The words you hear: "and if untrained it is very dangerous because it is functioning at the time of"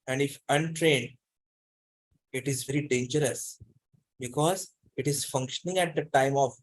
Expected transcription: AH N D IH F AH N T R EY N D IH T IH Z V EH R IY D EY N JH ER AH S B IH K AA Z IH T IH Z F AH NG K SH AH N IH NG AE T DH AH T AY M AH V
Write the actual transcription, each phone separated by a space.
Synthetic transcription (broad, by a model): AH N D IH F AH N T R EY N D IH T IH Z V EH R IY D EY N JH ER AH S B IH K AA Z IH T IH Z F AH NG K SH AH N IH NG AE T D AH T AY M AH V